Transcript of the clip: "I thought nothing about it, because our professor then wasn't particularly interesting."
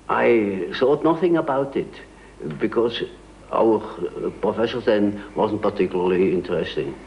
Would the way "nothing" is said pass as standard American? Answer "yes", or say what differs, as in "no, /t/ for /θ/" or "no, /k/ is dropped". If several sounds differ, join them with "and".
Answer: yes